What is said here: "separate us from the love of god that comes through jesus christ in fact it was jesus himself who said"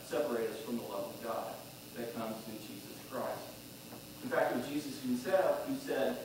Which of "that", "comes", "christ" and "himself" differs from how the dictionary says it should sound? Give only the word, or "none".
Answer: himself